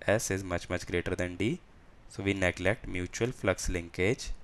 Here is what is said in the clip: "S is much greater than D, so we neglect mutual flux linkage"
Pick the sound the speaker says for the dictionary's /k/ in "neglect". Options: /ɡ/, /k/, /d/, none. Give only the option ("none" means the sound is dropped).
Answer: /k/